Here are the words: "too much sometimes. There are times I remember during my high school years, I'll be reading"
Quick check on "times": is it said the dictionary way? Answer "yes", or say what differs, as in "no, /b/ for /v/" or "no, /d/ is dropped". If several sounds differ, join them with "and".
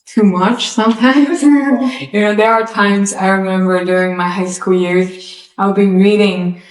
yes